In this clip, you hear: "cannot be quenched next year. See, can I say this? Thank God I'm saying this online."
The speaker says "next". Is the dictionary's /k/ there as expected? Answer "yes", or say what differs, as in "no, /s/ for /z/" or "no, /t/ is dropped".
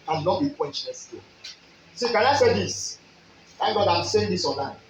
no, /k/ is dropped